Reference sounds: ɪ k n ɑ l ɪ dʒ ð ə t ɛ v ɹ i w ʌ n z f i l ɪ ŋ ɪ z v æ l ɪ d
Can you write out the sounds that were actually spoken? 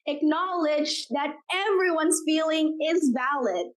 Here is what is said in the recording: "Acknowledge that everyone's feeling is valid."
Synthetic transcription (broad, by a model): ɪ k n ɑ l ɪ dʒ ð ə t ɛ v ɹ i w ʌ n z f i l ɪ ŋ ɪ z v æ l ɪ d